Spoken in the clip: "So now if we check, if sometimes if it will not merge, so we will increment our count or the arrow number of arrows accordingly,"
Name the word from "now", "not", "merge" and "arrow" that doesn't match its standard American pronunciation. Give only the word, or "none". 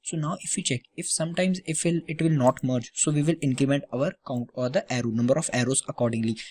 none